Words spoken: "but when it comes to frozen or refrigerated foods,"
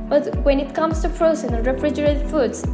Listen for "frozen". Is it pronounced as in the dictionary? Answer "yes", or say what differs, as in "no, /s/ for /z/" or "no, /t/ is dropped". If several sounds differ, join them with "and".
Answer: no, /s/ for /z/